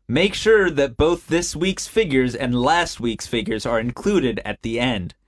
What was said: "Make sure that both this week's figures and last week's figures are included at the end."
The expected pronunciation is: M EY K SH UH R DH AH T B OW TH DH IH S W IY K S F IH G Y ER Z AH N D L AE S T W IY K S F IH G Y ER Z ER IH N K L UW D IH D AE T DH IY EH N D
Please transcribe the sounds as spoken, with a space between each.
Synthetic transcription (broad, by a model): M EY K SH UH R DH AH T B OW TH DH IH S W IY K S F IH G Y ER Z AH N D L AE S T W IY K S F IH G Y ER Z ER IH N K L UW D IH D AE T DH IY EH N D